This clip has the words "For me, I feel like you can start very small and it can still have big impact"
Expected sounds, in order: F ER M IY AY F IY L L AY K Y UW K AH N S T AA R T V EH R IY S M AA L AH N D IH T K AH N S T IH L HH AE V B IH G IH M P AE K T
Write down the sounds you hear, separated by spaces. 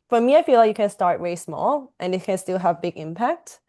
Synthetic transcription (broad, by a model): F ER M IY AY F IY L L AY K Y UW K AH N S T AA R T W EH R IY S M AA L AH N IH T K AH N S T IH L HH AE V B IH G IH M P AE K T